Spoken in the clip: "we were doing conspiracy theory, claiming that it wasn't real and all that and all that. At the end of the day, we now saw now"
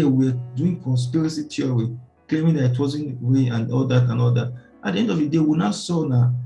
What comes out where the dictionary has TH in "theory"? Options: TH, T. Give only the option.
T